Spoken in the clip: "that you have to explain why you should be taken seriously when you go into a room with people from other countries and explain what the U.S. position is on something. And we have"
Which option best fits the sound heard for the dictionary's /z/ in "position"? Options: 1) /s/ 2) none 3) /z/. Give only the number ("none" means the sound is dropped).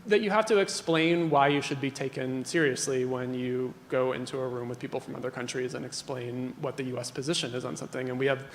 3